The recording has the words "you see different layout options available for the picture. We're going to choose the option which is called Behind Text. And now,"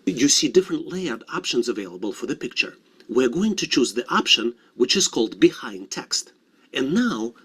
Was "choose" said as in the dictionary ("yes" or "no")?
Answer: yes